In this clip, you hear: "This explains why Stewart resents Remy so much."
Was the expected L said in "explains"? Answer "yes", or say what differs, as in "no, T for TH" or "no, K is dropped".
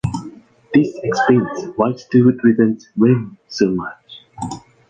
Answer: no, L is dropped